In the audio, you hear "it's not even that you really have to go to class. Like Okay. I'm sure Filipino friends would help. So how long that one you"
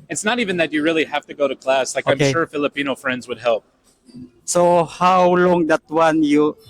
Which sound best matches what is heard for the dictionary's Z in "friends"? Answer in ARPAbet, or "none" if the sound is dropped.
Z